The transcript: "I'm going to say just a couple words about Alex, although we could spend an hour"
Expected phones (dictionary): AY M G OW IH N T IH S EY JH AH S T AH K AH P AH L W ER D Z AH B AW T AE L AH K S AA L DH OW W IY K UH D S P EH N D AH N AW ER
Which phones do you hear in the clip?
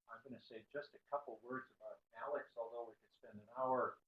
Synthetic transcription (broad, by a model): AY M G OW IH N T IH S EY JH AH S T AH K AH P L W ER D Z AH B AW T AE L AH K S AA L DH OW W IY K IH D S P EH N D AH N AW ER